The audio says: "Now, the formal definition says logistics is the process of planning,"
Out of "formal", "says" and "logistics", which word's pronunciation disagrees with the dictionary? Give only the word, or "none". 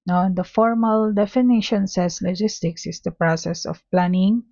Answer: says